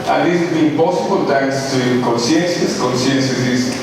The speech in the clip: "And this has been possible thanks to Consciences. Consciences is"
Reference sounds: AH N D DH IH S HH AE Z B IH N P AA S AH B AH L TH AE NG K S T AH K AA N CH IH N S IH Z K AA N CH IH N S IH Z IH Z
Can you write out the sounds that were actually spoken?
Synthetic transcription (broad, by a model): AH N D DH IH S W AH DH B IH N P AA S AH B AH L T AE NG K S T AH K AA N S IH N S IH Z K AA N S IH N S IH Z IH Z